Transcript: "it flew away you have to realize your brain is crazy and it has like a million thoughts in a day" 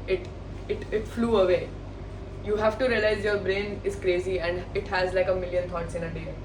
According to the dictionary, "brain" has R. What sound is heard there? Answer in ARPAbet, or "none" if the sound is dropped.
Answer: R